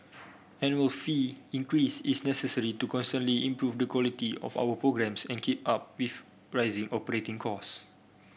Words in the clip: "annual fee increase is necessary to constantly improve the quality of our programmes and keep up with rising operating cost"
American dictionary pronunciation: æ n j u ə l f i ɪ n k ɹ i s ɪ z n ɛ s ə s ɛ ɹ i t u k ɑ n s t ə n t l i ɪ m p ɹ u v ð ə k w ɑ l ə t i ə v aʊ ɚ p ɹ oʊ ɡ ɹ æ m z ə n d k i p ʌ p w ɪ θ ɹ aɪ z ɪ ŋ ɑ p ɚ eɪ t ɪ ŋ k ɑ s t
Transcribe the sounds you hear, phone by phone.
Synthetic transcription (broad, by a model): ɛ n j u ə l f i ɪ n k ɹ i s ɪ s n ɛ s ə s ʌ ɹ i t u k ɑ n s t ə n t l i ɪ m p ɹ u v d ə k w ɑ l ə t i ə f aʊ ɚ p ɹ oʊ ɡ ɹ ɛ m s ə n k i p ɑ p w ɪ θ ɹ aɪ z ɪ ŋ ɑ p ɚ eɪ t ɪ ŋ k ɑ s